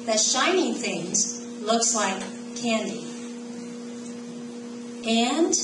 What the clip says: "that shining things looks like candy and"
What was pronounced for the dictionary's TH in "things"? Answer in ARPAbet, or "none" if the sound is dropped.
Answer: TH